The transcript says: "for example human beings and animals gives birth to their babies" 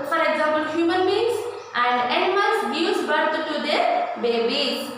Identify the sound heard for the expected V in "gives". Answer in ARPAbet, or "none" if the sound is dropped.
none